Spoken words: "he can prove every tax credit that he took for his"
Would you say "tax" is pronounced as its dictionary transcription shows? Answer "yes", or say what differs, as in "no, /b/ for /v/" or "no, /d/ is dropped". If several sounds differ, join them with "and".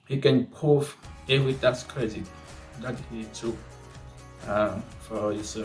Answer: no, /k/ is dropped